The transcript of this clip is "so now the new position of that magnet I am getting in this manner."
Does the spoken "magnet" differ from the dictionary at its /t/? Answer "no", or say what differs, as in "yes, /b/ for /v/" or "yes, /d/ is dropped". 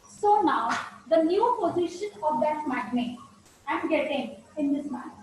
yes, /t/ is dropped